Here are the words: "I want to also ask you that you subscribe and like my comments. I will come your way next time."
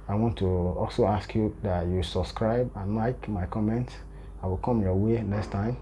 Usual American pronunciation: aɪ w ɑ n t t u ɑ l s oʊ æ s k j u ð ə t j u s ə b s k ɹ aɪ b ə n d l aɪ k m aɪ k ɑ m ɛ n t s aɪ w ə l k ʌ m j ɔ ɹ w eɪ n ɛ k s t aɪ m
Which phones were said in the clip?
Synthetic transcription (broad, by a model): aɪ w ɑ n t t u ɑ l s oʊ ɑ s k j u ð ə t j u s ə b s k ɹ aɪ b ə n l aɪ k m aɪ k ɑ m ɛ n t s aɪ w ə l k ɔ m j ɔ w eɪ n ɛ k s t aɪ m